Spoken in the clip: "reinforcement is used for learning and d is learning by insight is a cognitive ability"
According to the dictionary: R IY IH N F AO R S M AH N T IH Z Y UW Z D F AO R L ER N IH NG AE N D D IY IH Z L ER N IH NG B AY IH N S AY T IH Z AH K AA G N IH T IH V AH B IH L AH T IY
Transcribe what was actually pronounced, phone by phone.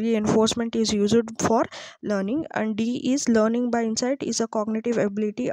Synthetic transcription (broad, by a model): R IY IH N F AO R S M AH N T IH Z Y UW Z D F AO R L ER N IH NG AE N D D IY IH Z L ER N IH NG B AY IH N S AY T IH Z AH K AA G N IH T IH V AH B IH L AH T IY